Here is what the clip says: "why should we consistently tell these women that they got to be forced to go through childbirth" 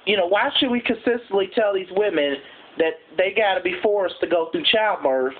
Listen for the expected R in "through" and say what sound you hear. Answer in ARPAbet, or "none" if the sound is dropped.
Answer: none